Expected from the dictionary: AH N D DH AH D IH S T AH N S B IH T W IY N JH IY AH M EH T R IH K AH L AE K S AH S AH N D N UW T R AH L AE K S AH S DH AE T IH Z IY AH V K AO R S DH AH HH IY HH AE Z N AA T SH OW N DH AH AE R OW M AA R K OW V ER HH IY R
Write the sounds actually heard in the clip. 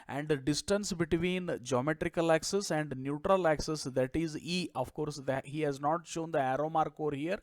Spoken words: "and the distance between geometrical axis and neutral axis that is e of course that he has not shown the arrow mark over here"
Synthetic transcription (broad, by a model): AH N D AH D IH S T AH N S B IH T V IY N JH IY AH M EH T R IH K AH L AE K S AH S AH N D N UW T R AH L AE K S AH S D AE T IH Z IY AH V K AO R S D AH HH IY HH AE Z N AA T SH OW N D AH AE R OW M AA R K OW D HH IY R